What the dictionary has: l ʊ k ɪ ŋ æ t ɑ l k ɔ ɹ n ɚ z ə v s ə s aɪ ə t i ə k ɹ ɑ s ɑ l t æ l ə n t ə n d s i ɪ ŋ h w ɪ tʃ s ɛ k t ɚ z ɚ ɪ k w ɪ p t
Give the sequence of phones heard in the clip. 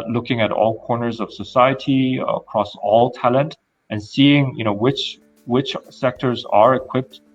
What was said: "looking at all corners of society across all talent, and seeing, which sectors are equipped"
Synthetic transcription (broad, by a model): l ʊ k ɪ ŋ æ t ɑ l k ɔ ɹ n ɚ z ə v s ə s aɪ ə t i ə k ɹ ɑ s ɑ l t æ l ə n t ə n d s i ɪ ŋ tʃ w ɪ tʃ s ɛ k t ɚ z ɚ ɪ k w ɪ p t